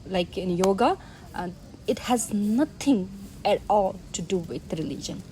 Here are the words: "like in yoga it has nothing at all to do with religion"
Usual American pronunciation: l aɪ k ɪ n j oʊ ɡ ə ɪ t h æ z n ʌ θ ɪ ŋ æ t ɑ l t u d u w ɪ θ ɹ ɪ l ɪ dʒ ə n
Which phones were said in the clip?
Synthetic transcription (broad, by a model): l aɪ k ɪ n j oʊ ɡ ə ɪ t h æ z n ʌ t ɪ ŋ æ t ɑ l t u d u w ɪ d ɹ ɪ l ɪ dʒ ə n